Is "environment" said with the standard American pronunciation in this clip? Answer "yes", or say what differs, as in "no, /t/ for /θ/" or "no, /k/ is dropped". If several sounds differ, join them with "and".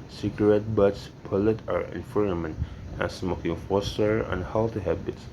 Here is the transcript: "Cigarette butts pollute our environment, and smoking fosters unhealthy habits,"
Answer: no, /f/ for /v/